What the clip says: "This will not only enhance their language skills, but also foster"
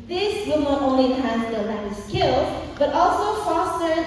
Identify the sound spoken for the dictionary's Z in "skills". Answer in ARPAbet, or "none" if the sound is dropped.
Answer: none